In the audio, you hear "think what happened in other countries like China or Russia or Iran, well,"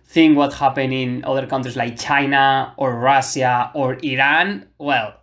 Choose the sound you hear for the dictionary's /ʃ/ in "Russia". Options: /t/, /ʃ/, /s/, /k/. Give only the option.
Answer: /s/